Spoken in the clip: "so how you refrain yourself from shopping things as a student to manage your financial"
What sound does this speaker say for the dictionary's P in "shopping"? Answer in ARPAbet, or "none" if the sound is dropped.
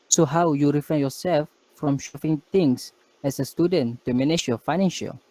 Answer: F